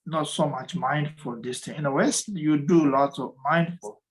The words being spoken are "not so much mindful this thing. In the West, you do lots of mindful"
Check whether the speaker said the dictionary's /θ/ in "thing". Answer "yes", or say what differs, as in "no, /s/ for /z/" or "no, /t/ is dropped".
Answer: no, /t/ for /θ/